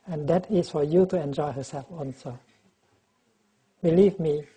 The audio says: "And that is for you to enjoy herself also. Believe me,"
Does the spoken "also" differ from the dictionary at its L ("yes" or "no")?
yes